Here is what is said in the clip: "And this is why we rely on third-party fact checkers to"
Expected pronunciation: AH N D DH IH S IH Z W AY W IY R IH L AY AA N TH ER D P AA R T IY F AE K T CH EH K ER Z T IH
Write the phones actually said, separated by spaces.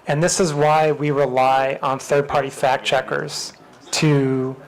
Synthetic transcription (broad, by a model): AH N DH IH S IH Z W AY W IY R IH L AY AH N TH ER D P AA R T IY F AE K CH EH K ER Z T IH